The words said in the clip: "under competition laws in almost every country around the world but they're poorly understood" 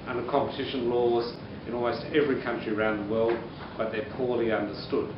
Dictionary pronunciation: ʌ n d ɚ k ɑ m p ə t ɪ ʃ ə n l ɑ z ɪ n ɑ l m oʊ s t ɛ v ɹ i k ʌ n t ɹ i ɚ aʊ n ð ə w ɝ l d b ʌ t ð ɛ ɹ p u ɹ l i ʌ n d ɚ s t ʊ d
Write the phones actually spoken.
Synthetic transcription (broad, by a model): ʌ n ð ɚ k ɑ m p ə t ɪ ʃ ə n l ɑ z ɪ n ɑ l m oʊ s t ɛ v ɹ i k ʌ n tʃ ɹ i ɚ aʊ n ð ə w ɝ l d b ʌ t ð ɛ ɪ p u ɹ l i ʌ n d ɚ s t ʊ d